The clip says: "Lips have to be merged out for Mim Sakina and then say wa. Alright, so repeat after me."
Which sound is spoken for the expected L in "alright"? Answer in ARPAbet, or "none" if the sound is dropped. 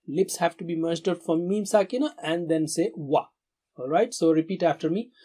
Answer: L